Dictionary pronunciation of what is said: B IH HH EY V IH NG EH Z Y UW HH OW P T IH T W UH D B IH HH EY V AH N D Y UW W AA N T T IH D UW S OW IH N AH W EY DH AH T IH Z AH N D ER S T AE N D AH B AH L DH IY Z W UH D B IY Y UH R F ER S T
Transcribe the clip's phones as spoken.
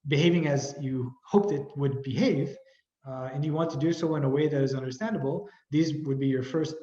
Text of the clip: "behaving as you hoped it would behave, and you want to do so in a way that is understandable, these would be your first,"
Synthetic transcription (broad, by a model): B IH HH EY V IH NG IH Z Y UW HH OW P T IH T W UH D B IH HH EY V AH N Y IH W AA N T T IH D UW S OW IH N AH W EY DH AH T IH Z AH N D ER S T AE N D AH B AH L DH IY Z W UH D B IY Y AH R F ER S T